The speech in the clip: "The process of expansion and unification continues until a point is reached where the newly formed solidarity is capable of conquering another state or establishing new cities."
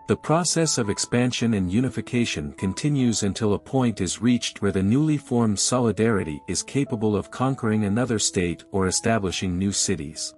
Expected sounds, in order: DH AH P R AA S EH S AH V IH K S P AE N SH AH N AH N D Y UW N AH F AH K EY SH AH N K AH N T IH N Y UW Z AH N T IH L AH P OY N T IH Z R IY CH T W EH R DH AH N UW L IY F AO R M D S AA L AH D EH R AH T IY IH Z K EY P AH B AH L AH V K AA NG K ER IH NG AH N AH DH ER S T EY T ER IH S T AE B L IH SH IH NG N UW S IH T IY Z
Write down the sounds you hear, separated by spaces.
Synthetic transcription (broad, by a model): DH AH P R AA S EH S AH V IH K S P AE N SH AH N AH N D Y UW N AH F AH K EY SH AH N K AH N T IH N Y UW Z AH N T IH L AH P OY N T IH Z R IY CH T W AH R DH AH N UW L IY F AO R M D S AA L AH D EH R AH T IY IH Z K EY P AH B AH L AH V K AA NG K ER IH NG AH N AH DH ER S T EY T ER IH S T AE B L IH SH IH NG N UW S IH T IY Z